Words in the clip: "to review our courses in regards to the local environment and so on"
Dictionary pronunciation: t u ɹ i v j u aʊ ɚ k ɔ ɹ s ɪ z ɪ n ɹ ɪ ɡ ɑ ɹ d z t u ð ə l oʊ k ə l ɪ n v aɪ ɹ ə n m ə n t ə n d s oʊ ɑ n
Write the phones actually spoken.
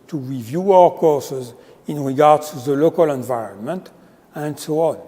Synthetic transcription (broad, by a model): t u ɹ i v j u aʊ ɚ k ɔ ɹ s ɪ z ɪ n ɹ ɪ ɡ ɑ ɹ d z t u ð ə l oʊ k ə l ɪ n v aɪ ɹ ə n m ə n t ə n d s oʊ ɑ n